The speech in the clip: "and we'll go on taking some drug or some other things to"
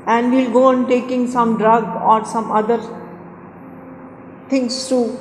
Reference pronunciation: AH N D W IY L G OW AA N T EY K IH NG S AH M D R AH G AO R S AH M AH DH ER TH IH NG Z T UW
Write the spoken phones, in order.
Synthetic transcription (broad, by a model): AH N D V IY L G OW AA N T EY K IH NG S AH M D R AH G AO R S AH M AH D ER T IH NG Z T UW